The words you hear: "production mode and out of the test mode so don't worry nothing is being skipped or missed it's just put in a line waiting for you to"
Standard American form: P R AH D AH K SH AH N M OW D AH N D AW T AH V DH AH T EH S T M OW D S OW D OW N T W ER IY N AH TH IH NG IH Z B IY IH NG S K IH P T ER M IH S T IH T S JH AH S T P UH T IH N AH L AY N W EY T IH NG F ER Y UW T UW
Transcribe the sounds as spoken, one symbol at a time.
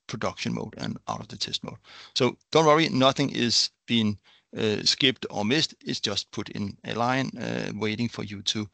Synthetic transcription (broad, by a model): P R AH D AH K SH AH N M OW D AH N AW T AH V DH AH T EH S T M OW D S OW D OW N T W ER IY N AH TH IH NG IH Z B IY IH NG S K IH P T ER M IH S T IH T S JH AH S T P UH T IH N AH L AY N W EY T IH NG F ER Y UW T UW